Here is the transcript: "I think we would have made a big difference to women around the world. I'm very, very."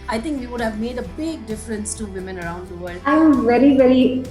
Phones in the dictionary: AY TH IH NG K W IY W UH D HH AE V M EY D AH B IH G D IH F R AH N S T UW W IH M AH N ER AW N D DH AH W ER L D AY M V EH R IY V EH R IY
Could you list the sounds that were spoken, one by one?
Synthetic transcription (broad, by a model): AY T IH NG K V IY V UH D HH AE V M EY D AH B IH G D IH F R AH N S T UW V IH M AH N ER AW N D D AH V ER L D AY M V EH R IY V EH R IY